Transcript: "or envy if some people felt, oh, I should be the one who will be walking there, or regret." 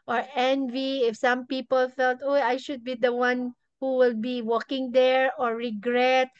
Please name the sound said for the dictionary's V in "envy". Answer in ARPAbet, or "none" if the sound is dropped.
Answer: V